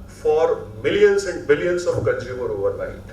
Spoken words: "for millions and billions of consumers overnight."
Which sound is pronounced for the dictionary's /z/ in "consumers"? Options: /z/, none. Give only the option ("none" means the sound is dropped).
none